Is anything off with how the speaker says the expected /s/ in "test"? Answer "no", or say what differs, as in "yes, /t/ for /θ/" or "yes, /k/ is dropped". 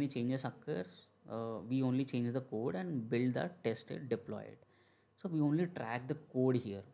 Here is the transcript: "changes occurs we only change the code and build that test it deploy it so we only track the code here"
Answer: no